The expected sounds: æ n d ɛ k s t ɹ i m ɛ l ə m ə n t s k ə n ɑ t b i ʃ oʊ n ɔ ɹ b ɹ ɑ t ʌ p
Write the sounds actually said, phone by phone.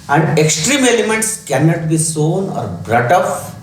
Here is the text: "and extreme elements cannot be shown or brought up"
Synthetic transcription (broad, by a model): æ n d ɛ k s t ɹ i m ɛ l ə m ə n t s k ə n ɑ t b i s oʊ n ɔ ɹ b ɹ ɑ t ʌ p